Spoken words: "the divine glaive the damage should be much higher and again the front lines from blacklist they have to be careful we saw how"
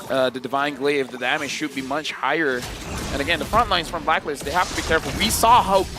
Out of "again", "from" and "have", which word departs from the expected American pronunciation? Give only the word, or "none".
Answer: have